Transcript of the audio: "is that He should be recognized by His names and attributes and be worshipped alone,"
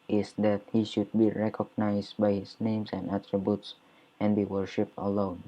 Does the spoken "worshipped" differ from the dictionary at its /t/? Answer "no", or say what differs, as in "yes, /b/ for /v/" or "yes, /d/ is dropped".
no